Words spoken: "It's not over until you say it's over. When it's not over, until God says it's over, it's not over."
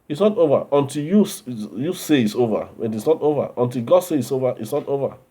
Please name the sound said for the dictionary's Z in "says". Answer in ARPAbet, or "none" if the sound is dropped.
none